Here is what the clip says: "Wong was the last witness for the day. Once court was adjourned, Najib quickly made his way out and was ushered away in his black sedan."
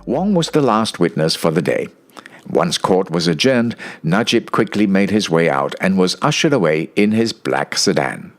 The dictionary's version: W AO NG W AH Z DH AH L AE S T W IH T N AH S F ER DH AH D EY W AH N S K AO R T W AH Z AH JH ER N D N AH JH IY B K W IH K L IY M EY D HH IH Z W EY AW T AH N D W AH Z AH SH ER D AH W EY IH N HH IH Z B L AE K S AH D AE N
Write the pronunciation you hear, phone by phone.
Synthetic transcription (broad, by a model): W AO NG W AH Z DH AH L AE S T W IH T N AH S F ER DH AH D EY W AH N S K AO R T W AH Z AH JH ER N D N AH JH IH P K W IH K L IY M EY D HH IH Z W EY AW T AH N W AH Z AH SH ER D AH W EY IH N IH Z B L AE K S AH D AE N